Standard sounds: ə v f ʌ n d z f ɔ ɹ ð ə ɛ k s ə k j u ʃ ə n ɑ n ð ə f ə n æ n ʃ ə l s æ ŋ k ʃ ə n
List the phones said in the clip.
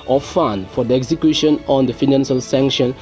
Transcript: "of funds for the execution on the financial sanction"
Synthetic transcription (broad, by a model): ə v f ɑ n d f ɔ ɹ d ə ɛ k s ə k j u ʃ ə n ɑ n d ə f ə n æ n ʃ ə l s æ ŋ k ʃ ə n